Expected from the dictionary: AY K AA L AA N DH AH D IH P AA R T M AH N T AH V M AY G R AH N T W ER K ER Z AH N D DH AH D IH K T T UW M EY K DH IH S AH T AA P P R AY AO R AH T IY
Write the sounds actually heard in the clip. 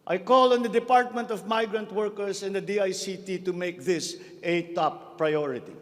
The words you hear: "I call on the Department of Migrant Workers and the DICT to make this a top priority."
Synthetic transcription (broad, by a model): AY K AA L AA N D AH D IH P AA R T M AH N T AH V M AY G R AH N T W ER K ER S AH N D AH D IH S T T UW M EY K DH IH S AH T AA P P R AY AO R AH T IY